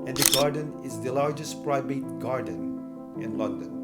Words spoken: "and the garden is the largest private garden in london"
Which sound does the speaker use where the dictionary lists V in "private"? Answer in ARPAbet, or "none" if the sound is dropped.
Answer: B